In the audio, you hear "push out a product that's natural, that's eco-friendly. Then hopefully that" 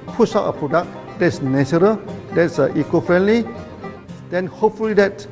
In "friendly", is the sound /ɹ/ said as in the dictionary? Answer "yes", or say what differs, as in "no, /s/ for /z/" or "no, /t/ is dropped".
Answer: yes